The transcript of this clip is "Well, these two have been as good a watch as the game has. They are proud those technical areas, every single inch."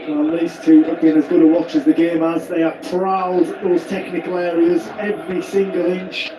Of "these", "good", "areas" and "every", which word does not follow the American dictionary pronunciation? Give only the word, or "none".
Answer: none